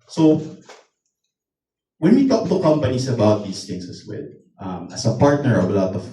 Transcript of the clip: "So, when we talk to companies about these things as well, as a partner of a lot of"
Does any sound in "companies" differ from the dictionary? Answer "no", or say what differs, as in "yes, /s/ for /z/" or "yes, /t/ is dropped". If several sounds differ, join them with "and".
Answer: yes, /s/ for /z/